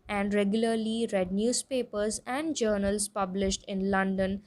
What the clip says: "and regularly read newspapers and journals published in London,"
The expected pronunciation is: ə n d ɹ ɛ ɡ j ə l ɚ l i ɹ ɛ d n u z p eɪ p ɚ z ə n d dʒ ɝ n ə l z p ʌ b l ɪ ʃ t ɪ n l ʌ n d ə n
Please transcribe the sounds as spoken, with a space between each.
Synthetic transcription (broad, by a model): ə n d ɹ ɛ ɡ j ə l ɚ l i ɹ ɛ d n u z p eɪ p ɚ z ə n d dʒ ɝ n ə l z p ʌ b l ɪ ʃ t ɪ n l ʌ n d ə n